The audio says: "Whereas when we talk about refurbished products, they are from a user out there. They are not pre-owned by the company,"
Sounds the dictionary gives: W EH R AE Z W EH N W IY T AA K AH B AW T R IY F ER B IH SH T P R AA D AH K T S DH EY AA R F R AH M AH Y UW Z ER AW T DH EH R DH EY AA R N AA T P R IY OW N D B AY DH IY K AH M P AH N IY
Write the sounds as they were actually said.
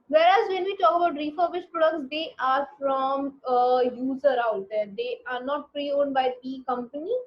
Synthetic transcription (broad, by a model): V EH R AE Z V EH N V IY T AA K AH B AW T R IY F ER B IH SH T P R AA D AH K T S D EY AA R F R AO M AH Y UW Z ER AW T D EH R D EY AA R N AA T P R IY OW N D B AY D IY K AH M P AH N IY